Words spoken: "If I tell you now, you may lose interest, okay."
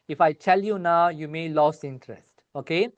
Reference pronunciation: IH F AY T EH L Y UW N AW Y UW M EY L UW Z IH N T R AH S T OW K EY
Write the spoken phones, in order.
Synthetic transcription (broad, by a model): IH F AY T EH L Y UW N AW Y UW M EY L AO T IH N T R AH S T OW K EY